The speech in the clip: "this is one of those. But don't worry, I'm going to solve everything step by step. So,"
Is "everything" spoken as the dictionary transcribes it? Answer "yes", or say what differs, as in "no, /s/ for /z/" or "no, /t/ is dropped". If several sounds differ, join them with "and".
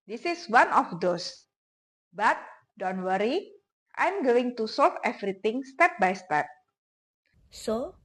no, /t/ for /θ/